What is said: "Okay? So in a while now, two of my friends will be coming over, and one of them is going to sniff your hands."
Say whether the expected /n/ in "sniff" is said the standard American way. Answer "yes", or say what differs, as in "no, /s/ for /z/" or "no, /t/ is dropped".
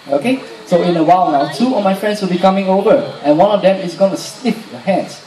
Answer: no, /l/ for /n/